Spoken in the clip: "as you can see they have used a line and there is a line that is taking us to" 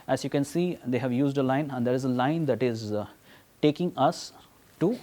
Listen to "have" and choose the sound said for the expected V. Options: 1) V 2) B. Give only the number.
1